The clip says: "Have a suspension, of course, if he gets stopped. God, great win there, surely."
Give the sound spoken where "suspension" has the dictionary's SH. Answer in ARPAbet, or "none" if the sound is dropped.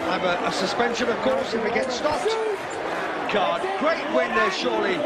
SH